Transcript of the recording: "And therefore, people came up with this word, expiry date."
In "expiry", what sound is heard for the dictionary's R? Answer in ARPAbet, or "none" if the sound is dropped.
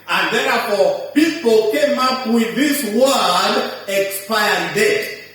none